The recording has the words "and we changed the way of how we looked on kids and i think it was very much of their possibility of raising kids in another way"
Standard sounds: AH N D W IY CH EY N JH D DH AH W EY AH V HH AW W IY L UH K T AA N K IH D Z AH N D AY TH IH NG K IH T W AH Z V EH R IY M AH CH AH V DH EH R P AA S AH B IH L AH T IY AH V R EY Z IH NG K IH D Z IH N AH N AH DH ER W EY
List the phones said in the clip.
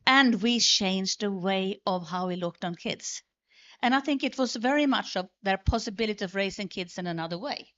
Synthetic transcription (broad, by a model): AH N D W IY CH EY N JH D DH AH W EY AH V HH AW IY L UH K T N K IH D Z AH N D AY TH IH NG K IH T W AH Z V EH R IY M AH CH AH V DH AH R P AA S AH B IH L AH T IY AH V R EY S IH NG K IH D Z IH N AH N AH DH ER W EY